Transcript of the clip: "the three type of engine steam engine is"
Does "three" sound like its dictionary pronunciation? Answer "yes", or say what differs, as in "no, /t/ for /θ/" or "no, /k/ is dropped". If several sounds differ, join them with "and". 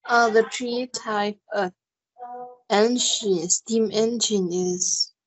no, /t/ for /θ/